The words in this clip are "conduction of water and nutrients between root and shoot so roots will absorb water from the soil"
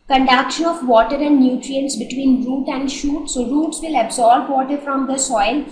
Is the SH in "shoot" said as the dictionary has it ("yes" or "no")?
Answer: yes